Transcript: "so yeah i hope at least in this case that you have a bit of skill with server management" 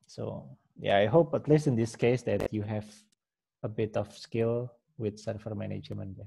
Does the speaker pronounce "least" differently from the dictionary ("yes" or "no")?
yes